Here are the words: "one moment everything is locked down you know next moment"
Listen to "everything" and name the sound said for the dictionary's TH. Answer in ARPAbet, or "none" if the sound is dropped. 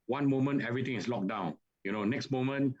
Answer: T